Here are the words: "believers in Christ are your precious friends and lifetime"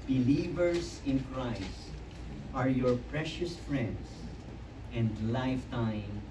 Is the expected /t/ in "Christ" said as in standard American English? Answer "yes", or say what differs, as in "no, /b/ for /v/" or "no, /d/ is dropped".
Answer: yes